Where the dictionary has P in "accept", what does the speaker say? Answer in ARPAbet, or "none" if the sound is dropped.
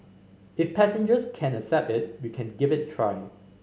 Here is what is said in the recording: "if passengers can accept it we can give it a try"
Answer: P